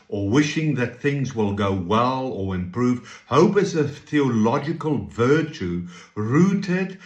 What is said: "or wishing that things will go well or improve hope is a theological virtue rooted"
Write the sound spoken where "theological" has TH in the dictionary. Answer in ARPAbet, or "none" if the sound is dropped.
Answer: TH